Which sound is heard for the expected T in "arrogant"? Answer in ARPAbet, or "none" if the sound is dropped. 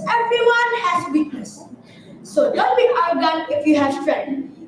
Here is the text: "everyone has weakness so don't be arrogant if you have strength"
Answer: none